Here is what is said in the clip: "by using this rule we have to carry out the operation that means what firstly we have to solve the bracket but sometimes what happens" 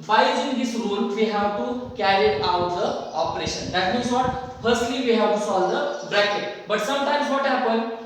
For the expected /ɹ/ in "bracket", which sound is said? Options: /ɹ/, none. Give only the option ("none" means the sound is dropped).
/ɹ/